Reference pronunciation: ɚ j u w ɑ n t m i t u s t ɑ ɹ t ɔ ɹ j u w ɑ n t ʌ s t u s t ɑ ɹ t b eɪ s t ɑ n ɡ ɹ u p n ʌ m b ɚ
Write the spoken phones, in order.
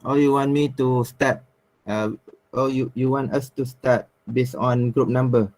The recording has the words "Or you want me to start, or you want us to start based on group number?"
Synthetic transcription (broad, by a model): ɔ j u w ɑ n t m i t u s t ɑ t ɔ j j u w ɑ n t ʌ s t u s t ɑ t b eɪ s ɑ n ɡ ɹ u p n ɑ m b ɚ